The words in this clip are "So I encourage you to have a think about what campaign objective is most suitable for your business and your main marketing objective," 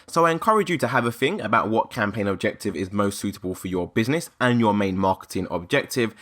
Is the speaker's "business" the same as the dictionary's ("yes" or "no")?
yes